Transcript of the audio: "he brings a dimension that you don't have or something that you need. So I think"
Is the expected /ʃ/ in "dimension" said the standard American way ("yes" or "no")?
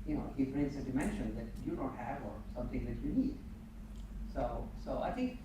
yes